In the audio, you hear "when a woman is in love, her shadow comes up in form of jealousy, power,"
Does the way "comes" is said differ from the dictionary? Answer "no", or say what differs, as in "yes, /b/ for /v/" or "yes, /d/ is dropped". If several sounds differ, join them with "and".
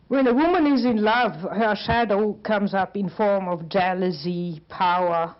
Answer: no